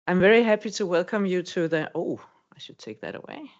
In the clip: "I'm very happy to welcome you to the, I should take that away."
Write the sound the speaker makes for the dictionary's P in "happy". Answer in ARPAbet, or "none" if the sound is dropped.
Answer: P